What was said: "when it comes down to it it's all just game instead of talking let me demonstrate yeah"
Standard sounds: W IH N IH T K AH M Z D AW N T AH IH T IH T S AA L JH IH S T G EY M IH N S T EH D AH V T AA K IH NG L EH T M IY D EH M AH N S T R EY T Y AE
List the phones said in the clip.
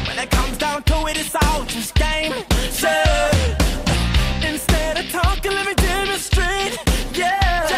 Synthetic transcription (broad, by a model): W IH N IH T K AH M Z D AW N T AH IH T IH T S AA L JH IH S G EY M IH N S T EH D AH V T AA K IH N L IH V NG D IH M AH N S T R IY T Y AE